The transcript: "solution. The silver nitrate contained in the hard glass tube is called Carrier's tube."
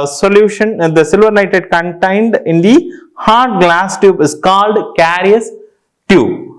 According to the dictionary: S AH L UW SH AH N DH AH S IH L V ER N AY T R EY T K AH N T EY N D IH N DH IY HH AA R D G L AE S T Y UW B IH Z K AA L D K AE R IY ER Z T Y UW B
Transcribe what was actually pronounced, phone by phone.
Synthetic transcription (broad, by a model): S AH L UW SH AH N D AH S IH L V ER N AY T EY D K AH N T EY N D IH N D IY HH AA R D G L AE S T Y UW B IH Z K AA L D K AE R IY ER S T Y UW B